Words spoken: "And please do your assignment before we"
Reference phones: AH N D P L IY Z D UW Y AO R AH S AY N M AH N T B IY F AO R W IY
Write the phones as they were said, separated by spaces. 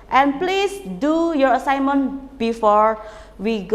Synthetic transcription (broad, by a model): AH N P L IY S D UW Y AO R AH S AY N M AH N B IY F AO R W IY